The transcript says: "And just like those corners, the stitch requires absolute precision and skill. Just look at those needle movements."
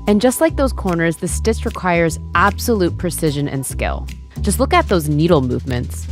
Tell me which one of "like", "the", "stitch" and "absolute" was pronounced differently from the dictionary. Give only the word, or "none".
stitch